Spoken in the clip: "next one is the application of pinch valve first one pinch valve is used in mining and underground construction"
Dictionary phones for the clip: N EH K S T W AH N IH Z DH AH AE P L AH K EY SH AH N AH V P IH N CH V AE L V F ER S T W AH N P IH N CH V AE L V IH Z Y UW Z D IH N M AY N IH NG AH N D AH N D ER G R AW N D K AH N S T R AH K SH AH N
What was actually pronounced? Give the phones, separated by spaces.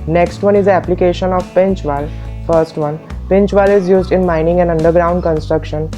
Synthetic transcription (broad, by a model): N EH K S T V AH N IH Z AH AE P L AH K EY SH AH N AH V P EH N CH V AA L F ER S T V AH N P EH N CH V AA L IH Z Y UW Z D IH N M AY N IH NG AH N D AH N D ER G R AW N D K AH N S T R AH K SH AH N